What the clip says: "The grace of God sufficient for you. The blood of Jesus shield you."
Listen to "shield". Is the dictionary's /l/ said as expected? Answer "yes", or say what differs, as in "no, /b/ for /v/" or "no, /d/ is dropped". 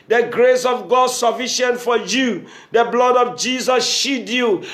no, /l/ is dropped